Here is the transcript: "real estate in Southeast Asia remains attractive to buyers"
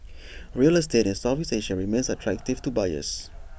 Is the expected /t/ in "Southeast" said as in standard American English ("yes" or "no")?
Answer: no